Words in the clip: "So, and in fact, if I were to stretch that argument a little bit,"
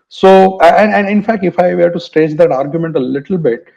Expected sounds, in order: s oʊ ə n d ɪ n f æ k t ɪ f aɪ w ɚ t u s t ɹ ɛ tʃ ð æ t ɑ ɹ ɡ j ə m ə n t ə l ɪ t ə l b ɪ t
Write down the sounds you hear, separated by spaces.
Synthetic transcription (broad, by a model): s oʊ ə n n ɪ n f æ k t ɪ f aɪ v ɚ t u s t ɛ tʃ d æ t ɑ ɹ ɡ j ə m ə n t ə l ɪ t ə l b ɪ t